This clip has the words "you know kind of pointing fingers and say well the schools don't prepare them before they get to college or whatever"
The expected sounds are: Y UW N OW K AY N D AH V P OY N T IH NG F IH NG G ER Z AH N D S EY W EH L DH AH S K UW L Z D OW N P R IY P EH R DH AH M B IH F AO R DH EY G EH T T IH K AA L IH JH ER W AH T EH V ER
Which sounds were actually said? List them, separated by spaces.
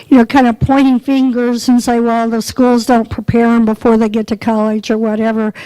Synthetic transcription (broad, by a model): Y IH N OW K AY N D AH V P OY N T IH NG F IH NG G ER Z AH N S EY W EH L DH AH S K UW L Z D OW N P R IY P EH R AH M B IH F AO R DH EY G EH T T IH K AA L IH JH ER W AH T EH V ER